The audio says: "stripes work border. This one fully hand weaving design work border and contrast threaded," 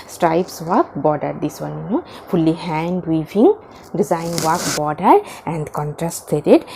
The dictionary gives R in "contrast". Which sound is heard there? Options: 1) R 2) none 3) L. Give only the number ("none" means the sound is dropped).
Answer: 1